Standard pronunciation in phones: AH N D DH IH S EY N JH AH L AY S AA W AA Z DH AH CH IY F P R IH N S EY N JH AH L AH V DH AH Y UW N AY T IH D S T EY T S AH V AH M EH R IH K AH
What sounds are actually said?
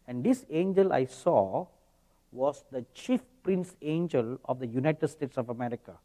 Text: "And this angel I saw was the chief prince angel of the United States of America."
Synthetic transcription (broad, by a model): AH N D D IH S EY N JH AH L AY S AA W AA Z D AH CH IY F P R IH N S EY N JH AH L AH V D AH Y UW N AY T IH D S T EY T S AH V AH M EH R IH K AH